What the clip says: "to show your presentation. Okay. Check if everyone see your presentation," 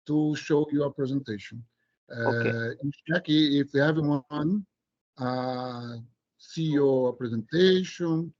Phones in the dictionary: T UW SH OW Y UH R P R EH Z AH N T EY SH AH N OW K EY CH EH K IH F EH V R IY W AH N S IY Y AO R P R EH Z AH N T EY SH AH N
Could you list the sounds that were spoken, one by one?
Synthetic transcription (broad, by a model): T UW SH OW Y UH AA P R EH Z AH N T EY SH AH N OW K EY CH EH K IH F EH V IY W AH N S IY Y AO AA P R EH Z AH N T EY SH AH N